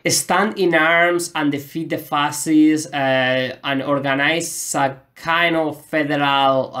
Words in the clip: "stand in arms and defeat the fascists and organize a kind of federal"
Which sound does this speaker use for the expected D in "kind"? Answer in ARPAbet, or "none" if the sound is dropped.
none